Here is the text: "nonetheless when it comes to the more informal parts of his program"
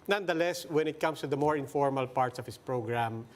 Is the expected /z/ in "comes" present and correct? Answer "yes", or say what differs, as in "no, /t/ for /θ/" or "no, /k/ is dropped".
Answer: no, /s/ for /z/